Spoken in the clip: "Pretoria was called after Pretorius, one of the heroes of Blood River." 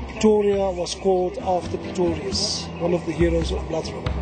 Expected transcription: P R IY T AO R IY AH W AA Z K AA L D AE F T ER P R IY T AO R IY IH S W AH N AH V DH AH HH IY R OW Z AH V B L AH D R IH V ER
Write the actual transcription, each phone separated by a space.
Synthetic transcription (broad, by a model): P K T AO R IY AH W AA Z K AA L D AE F T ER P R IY T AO R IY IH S W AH N AH V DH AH HH IY R OW Z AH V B L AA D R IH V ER